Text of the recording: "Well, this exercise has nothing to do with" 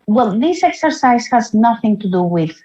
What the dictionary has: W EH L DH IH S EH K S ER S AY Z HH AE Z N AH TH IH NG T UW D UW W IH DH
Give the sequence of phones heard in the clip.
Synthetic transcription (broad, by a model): W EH L DH IH S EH K S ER S AY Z HH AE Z N AH TH IH NG T UW D UW W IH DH